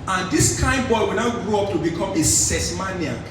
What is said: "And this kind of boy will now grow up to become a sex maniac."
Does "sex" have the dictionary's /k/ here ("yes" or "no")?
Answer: no